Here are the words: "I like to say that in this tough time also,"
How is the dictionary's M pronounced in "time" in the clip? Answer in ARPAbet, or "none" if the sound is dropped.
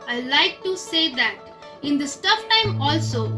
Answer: M